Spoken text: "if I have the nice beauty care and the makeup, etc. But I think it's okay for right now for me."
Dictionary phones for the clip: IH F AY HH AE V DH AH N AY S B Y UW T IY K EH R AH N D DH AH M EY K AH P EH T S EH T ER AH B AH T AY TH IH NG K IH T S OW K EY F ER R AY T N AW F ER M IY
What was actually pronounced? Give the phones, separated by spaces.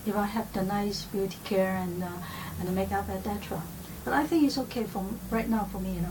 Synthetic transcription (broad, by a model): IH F AY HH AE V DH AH N AY S B Y UW T IY K EH R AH N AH M EY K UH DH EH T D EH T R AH B AH T AY TH IH NG K IH T S OW K EY F ER R AY T N AW F ER M IY